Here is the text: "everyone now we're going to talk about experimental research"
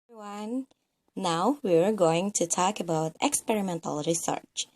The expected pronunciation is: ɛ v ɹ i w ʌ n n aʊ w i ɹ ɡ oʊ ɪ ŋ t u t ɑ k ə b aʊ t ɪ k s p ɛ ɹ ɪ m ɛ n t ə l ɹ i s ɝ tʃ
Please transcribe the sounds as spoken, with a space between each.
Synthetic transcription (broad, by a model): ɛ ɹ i w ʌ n n aʊ w i ɹ ɡ oʊ ɪ ŋ t u t ɑ k ə b aʊ t ɪ k s p ɛ ɹ ɪ m ɛ n t ə l ɹ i s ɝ tʃ